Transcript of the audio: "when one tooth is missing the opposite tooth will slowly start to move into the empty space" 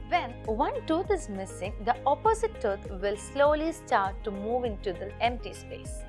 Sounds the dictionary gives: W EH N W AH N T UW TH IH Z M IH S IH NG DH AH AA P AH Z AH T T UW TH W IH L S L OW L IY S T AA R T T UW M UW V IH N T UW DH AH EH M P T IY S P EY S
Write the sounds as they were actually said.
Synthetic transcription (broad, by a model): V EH N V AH N T UW T IH Z M IH S IH NG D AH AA P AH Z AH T T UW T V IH L S L OW L IY S T AA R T T UW M UW V IH N T UW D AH EH M P T IY S P EY S